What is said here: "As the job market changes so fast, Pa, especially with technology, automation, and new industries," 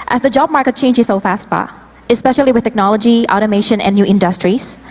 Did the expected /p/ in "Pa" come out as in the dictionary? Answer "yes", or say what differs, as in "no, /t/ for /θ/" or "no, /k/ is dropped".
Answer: no, /b/ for /p/